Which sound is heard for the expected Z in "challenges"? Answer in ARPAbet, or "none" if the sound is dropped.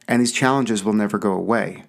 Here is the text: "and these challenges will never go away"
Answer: Z